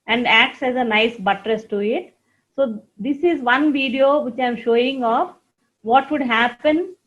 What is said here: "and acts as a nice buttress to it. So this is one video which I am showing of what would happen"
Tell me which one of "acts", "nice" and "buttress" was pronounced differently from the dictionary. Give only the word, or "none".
none